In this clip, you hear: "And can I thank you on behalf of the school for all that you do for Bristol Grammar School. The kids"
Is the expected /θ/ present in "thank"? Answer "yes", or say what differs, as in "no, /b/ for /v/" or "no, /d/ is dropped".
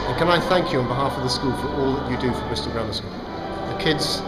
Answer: yes